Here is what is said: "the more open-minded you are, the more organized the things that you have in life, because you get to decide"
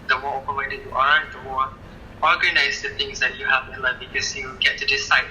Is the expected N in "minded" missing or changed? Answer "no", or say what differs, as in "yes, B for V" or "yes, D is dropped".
yes, N is dropped